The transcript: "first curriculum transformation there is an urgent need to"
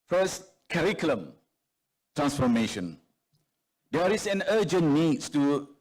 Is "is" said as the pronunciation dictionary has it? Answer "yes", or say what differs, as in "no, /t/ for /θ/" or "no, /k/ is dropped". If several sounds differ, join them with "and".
no, /s/ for /z/